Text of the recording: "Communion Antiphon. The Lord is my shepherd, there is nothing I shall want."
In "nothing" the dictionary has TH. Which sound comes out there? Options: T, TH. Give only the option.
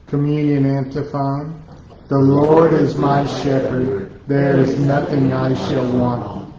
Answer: TH